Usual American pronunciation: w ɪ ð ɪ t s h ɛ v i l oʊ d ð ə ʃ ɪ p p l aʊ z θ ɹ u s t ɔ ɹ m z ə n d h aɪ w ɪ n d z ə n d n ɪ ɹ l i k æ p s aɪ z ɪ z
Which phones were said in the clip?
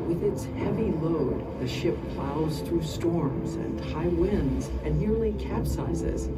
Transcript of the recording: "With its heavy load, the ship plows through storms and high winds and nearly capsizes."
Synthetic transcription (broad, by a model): w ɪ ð ɪ t s h ɛ v i l oʊ d ð ə ʃ ɪ p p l aʊ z θ ɹ u s t ɔ ɹ m z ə n h aɪ w ɪ n d z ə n n ɪ ɹ l i k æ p s aɪ z ɪ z